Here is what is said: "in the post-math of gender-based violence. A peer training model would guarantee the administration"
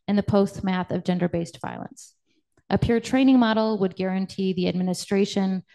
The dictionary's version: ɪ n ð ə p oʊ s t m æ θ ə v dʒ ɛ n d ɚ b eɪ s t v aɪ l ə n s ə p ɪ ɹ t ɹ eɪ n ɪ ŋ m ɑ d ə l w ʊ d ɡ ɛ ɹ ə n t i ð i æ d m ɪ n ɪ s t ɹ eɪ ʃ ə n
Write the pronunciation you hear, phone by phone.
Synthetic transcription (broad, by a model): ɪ n ð ə p oʊ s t m æ θ ə v dʒ ɛ n d ɚ b eɪ s t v aɪ l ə n s ə p ɪ ɹ t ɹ eɪ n ɪ ŋ m ɑ d l w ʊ d ɡ ɛ ɹ ə n t i ð i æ d m ɪ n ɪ s t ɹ eɪ ʃ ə n